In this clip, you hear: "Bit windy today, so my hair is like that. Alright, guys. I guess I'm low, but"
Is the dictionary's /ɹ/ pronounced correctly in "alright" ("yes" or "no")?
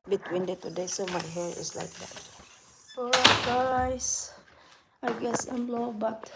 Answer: no